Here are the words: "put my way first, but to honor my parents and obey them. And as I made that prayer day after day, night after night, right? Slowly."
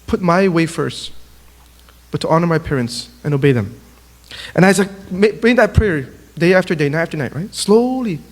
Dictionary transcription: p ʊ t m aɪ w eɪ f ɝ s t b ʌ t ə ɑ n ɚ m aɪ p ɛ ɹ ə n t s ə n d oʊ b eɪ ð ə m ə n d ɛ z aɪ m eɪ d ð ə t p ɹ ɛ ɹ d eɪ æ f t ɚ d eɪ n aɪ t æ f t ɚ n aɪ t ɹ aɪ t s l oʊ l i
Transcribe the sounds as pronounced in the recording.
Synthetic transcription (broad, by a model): p ʊ t m aɪ w eɪ f ɝ s t b ʌ t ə ɑ n ɚ m aɪ p ɛ ɹ ə n t s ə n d oʊ b eɪ ð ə m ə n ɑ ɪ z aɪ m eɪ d ð ə t p ɹ ɛ ɹ d eɪ æ f t ɚ d eɪ n aɪ t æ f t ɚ n aɪ t ɹ aɪ t s l oʊ l i